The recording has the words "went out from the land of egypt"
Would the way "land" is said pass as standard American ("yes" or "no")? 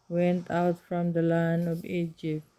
no